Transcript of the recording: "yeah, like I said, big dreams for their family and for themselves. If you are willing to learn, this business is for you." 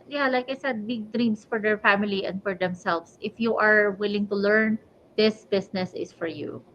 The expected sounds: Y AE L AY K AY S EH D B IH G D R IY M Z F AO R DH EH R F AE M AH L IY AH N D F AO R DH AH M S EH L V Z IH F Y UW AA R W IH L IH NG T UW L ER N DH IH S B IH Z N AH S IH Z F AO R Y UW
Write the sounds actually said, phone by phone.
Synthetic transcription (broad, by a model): Y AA L AY K AY S EH D B IH G D R IY M S F AO R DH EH R F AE M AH L IY AH N D F AO R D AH M S EH L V S IH F Y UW AA R W IH L IH NG T UW L ER N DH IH S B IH S N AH S IH S F AO R Y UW